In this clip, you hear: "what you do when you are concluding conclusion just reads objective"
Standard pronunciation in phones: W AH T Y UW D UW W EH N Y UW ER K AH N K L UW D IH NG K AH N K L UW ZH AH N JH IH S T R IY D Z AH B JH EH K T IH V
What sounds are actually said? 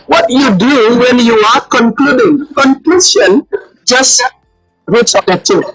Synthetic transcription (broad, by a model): W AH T Y UW D UW W EH N Y UW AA K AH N K L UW D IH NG K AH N K L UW S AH N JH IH S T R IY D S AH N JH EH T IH